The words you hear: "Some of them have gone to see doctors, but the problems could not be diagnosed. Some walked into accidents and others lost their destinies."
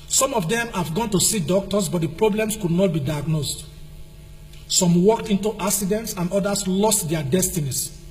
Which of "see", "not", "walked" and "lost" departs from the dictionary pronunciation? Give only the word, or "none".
none